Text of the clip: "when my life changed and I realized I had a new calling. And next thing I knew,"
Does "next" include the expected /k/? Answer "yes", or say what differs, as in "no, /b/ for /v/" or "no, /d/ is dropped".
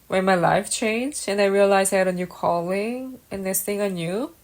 no, /k/ is dropped